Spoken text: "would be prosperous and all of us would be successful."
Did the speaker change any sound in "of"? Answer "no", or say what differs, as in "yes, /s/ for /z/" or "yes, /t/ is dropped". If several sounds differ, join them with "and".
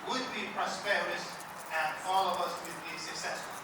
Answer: no